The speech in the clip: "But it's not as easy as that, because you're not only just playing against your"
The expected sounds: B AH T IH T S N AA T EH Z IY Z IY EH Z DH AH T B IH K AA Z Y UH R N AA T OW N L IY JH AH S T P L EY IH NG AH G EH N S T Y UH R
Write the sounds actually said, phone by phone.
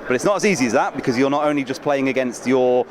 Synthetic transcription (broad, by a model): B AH T IH T S N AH T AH Z IY Z IY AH Z DH AH T B IH K AA Z Y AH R N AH T OW N L IY JH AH S P L EY IH NG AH G EH N S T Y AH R